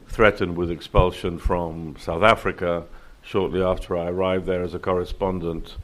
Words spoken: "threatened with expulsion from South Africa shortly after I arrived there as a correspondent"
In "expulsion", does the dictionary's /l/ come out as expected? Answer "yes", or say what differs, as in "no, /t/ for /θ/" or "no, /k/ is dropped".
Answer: yes